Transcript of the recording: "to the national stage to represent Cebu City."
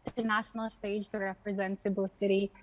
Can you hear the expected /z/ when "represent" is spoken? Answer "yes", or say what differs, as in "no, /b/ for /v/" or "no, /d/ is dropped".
yes